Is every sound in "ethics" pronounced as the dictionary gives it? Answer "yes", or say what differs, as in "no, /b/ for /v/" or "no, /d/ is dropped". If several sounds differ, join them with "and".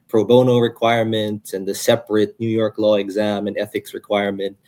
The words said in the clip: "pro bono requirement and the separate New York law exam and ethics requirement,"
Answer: yes